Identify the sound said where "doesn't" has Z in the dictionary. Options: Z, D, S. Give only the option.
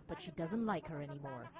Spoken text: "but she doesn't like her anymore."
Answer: Z